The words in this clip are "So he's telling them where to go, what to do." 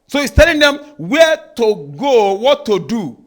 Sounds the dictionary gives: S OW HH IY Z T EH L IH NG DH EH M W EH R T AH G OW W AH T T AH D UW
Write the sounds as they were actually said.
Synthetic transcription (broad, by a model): S OW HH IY S T EH L IH NG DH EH M W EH T AH G OW W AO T T AH D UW